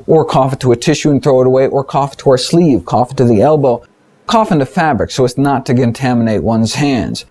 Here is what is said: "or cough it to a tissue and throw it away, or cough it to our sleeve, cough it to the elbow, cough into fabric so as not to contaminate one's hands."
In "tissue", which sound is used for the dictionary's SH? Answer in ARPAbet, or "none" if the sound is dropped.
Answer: SH